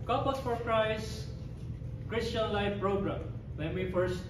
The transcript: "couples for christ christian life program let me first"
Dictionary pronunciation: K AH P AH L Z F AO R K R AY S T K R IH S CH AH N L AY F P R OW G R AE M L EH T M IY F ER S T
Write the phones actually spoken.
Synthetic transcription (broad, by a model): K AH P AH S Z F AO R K R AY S K R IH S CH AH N L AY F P R OW G R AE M W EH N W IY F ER S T